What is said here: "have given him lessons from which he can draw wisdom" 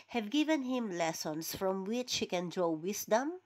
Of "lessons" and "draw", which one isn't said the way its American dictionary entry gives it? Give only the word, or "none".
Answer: lessons